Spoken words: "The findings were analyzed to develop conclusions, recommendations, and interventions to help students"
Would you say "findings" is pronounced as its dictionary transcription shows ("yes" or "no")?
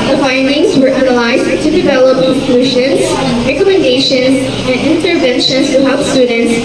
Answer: yes